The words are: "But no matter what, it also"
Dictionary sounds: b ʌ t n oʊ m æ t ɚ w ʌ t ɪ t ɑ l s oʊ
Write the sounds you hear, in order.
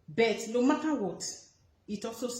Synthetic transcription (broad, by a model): b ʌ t l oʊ m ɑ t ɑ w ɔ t ɪ t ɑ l s oʊ